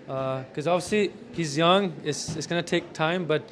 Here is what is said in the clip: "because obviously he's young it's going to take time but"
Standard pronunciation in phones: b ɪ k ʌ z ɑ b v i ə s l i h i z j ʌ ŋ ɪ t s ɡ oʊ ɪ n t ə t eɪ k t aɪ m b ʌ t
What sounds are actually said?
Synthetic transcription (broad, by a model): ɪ k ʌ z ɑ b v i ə s l i h i z j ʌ ŋ ɪ t s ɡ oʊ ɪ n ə t eɪ k t aɪ m b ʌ t